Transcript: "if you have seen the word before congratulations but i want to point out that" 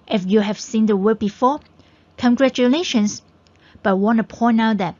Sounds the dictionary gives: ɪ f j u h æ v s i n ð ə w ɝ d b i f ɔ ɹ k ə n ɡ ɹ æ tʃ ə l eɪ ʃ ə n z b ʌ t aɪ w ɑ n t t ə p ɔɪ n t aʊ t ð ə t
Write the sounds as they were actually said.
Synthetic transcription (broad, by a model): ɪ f j u h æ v s i n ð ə w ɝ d b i f ɔ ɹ k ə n ɡ ɹ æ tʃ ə l eɪ ʃ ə n s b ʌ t w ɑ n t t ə p ɔɪ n aʊ t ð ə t